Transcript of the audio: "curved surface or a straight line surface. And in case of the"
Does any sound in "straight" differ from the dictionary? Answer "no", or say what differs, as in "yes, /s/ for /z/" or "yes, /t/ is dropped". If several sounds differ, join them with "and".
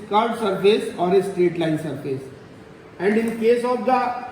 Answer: no